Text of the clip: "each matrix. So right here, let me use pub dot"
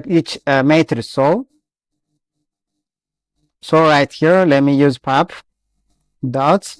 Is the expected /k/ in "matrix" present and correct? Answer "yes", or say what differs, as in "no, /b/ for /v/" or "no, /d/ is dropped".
no, /k/ is dropped